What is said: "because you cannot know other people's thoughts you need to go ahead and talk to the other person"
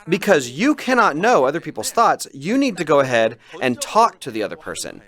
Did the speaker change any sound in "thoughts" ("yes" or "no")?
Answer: no